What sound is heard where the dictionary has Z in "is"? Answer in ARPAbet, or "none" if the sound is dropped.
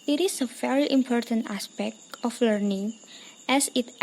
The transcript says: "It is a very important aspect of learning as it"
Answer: S